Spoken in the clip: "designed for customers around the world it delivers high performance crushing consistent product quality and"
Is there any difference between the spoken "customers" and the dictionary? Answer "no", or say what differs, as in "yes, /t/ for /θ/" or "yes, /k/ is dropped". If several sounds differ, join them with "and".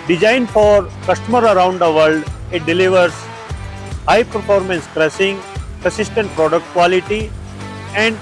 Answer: yes, /z/ is dropped